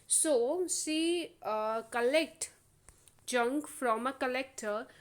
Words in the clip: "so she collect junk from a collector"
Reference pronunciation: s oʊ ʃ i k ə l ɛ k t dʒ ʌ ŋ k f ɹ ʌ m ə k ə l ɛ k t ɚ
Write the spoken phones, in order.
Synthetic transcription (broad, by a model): s oʊ s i k ə l ɛ k t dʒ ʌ ŋ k f ɹ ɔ m ə k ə l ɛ k t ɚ